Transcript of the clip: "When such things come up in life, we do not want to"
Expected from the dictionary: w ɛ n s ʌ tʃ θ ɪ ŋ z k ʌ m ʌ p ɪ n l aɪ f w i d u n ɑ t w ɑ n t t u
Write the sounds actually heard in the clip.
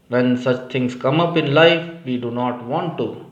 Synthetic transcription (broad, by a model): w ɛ n s ʌ tʃ t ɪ ŋ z k ʌ m ʌ p ɪ n l aɪ f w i d u n ɑ t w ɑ n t t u